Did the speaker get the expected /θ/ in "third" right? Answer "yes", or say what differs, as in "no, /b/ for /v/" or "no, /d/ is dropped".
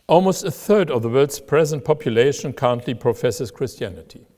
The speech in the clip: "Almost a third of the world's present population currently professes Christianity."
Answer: yes